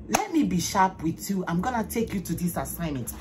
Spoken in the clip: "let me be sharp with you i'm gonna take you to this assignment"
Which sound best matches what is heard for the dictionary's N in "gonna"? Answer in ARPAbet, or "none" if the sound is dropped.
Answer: N